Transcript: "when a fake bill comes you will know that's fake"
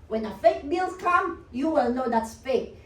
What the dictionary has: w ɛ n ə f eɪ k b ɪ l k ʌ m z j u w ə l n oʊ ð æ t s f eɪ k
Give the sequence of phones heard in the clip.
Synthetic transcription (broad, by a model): w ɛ n ə f eɪ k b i l k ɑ m j u w ə l n oʊ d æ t s f eɪ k